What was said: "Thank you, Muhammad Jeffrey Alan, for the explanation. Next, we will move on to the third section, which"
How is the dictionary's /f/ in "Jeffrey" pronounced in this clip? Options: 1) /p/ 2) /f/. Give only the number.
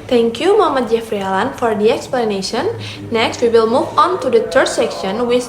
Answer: 2